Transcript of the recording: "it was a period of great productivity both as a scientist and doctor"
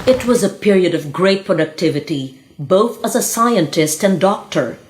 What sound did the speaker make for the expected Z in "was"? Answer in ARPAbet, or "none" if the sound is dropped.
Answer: Z